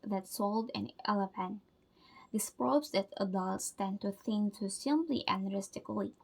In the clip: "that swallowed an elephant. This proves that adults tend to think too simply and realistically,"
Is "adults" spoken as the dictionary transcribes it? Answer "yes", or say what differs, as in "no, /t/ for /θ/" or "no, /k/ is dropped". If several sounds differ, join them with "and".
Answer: yes